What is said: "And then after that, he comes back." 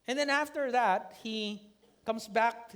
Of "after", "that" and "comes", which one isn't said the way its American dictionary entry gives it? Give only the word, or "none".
comes